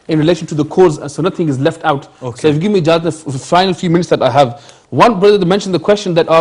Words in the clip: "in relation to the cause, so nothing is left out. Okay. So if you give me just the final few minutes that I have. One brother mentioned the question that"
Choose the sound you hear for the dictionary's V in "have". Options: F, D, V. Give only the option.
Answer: V